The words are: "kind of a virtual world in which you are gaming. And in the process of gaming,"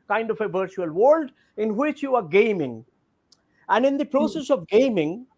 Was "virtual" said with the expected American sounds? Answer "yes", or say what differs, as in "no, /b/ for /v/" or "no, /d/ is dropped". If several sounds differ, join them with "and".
yes